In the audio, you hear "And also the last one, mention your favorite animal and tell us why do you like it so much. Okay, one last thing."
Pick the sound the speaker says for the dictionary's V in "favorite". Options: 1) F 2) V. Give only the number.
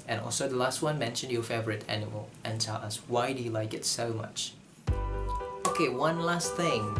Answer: 2